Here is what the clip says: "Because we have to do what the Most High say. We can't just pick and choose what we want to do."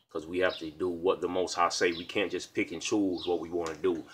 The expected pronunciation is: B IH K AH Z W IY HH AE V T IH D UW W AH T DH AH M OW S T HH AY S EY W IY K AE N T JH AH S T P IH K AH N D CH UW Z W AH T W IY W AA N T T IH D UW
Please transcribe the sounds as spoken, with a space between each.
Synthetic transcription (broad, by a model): K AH Z W IY HH AE F T IH D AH W AH T DH AH M OW S T HH AY S EY W IY K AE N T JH AH S P IH K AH N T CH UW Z W AH T W IY W AA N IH D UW